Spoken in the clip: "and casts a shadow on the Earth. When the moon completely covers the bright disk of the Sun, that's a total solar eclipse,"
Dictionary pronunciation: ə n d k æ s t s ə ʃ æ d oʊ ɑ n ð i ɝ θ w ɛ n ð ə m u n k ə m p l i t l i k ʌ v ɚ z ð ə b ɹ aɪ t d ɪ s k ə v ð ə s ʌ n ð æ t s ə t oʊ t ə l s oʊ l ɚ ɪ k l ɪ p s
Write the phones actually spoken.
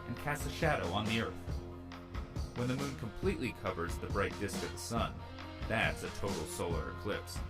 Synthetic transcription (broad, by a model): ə n k æ s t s ə ʃ æ d oʊ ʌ n ð i ɝ θ w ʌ n ð ə m u n k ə m p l i t l i k ʌ v ɚ z ð ə b ɹ aɪ t d ɪ s k ə v ð ə s ʌ n ð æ t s ə t oʊ t l s oʊ l ɚ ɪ k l ɪ p s